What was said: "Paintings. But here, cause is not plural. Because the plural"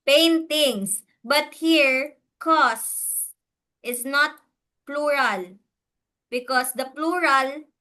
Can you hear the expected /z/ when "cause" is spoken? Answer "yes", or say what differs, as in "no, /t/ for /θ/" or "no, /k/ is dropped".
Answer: no, /s/ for /z/